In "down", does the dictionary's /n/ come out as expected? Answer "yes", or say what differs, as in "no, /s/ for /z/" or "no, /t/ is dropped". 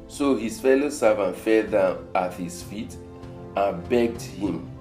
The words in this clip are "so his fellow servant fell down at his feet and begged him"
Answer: no, /n/ is dropped